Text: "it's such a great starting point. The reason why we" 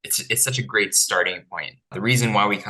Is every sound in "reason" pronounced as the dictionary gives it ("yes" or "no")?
yes